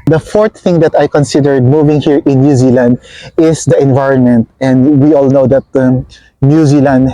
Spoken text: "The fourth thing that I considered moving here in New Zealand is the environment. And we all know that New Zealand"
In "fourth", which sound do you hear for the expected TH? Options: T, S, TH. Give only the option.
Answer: T